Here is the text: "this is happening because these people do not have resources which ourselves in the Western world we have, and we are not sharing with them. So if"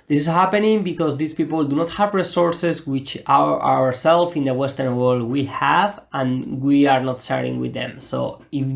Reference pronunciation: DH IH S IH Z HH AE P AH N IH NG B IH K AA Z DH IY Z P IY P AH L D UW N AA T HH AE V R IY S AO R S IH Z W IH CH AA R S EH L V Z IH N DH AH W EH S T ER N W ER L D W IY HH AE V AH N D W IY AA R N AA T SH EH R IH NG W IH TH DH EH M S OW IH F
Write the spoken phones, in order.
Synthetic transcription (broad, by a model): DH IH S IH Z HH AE P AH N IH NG B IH K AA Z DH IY S P IY P AH L D UW N AA T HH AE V R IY S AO R S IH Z W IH CH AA R S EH L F IH N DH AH W EH S T ER N W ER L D W IY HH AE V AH N W IY AA R N AA T S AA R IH NG W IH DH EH M S OW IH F